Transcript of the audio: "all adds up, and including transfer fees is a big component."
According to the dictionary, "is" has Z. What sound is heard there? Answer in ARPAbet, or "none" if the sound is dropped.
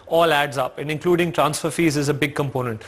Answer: Z